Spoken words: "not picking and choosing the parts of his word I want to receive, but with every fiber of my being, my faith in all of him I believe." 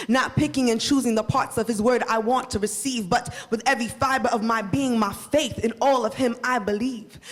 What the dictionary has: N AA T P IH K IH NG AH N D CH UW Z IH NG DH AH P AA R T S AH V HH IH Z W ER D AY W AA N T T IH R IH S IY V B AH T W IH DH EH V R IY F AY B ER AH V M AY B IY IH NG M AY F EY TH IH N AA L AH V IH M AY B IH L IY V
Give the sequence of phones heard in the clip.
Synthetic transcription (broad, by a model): N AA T P IH K IH NG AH N CH UW Z IH NG DH AH P AA R T S AH V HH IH Z W ER D AY W AA N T T IH R IH S IY V B AH T W IH DH EH V R IY F AY B ER AH V M AY B IY IH NG M AY F EY TH IH N AA L AH V IH M AY B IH L IY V